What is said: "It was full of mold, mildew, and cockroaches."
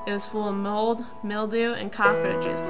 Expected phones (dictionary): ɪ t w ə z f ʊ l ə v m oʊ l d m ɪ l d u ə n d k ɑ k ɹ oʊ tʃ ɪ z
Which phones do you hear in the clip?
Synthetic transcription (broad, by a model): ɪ t w ə z f ʊ l ə v m oʊ l d m ɪ l d u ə n k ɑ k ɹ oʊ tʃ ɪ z